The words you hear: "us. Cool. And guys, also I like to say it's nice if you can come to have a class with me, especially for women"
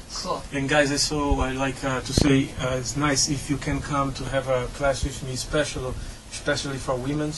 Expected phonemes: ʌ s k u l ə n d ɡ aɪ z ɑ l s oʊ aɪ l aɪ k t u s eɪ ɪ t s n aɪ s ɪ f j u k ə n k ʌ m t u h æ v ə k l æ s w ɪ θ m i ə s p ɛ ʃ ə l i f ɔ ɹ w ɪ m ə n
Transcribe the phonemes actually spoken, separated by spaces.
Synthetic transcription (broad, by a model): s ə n ɡ aɪ z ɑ s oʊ aɪ l aɪ k t u s eɪ ɪ t s n aɪ s ɪ f j u k ə n k ʌ m t u h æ v ə k l æ s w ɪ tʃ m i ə s p ɛ ʃ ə l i f ɔ ɹ w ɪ m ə n